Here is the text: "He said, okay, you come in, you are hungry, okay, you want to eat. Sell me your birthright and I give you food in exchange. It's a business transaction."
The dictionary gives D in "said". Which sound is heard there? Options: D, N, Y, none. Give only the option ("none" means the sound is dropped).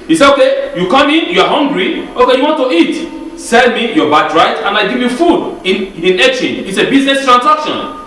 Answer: none